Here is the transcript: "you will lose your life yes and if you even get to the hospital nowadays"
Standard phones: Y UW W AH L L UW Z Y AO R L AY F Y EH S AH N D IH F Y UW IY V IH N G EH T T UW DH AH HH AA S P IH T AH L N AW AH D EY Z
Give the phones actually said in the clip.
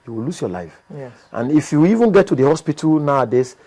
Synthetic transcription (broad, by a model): Y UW W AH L L UW S Y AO L AY F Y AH N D IH F Y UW IY V IH N G EH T T UW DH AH HH AA S P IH T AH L N AW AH D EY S